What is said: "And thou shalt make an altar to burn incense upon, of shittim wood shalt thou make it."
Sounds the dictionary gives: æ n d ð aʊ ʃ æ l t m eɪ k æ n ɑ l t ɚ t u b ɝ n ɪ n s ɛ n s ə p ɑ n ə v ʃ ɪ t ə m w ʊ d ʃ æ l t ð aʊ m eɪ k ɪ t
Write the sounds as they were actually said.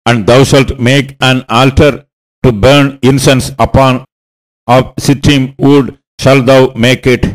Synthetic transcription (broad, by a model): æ n d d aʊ ʃ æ l t m eɪ k æ n ɑ l t ɚ t u b ɝ n ɪ n s ɛ n s ə p ɑ n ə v s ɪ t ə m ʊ d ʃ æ l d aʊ m eɪ k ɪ t